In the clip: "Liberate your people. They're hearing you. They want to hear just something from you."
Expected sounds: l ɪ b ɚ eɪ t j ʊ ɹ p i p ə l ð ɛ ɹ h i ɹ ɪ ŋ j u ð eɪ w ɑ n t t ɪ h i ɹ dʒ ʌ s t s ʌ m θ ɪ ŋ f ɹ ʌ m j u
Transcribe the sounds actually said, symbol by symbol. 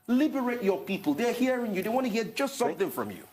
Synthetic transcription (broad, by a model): l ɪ b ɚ eɪ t j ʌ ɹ p i p ə l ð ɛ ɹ h i ɹ ɪ ŋ j u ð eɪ w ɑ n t t ɪ h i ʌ dʒ ʌ s t s ʌ m θ ɪ ŋ f ɹ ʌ m j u